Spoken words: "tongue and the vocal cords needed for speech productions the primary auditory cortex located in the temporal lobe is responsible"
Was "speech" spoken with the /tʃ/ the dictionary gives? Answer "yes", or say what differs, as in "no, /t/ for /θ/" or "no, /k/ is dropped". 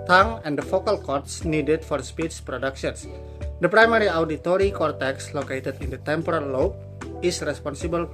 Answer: no, /s/ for /tʃ/